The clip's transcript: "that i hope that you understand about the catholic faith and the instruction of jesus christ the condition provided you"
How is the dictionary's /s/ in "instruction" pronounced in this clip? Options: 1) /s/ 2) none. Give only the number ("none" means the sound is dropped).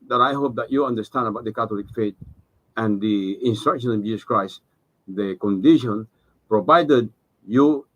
1